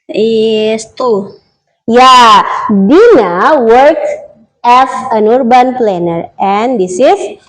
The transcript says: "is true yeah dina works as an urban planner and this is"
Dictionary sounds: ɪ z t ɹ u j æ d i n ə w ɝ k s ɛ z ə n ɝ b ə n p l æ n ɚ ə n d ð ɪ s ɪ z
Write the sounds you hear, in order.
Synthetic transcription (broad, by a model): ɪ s t u j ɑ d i n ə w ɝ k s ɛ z ə n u b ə n p l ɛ n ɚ ə n d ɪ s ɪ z